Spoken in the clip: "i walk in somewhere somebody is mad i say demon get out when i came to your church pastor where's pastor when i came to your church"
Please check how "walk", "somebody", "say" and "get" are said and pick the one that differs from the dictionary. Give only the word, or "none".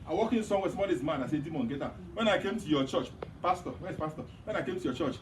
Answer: somebody